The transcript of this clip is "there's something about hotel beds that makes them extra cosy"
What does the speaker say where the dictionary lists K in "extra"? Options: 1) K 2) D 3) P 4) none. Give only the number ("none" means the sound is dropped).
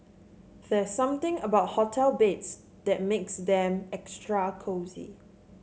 1